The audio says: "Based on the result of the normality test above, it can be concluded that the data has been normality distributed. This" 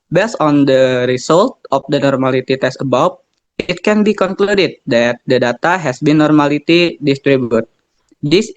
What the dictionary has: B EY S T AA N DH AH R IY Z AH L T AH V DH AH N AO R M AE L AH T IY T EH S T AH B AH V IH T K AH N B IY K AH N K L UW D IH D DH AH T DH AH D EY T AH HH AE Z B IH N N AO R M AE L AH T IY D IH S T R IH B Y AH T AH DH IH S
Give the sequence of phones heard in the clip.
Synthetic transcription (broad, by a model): B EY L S AA N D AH R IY S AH L T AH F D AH N AO R M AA L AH T IY T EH S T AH B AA W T T K AH N B IY K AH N K L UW D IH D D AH T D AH D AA T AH HH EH S B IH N N AO R M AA L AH T IY D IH S T R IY B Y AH T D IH S